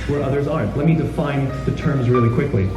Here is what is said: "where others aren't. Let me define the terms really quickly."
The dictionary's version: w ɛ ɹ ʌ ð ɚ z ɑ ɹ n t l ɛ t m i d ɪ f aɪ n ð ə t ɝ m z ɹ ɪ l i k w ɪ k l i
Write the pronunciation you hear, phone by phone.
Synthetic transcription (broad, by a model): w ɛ ɹ ʌ ð ɚ z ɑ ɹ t l ɛ t m i d ɪ f aɪ n ð ə t ɝ m z ɹ ɪ l i k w ɪ k l i